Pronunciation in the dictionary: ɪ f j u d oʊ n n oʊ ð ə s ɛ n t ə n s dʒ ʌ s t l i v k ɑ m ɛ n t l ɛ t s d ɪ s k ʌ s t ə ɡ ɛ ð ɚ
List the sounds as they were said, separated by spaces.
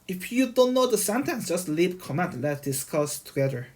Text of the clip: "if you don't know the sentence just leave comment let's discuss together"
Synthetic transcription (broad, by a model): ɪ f j u d oʊ n n oʊ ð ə s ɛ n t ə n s dʒ ʌ s t l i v k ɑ m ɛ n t l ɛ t d ɪ s k ʌ s t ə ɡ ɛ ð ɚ